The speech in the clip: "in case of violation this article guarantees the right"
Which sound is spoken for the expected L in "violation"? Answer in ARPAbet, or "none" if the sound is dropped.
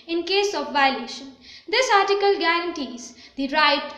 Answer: L